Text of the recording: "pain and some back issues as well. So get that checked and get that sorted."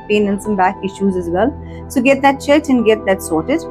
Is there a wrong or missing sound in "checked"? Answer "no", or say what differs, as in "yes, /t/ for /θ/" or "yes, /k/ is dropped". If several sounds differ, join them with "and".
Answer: yes, /k/ is dropped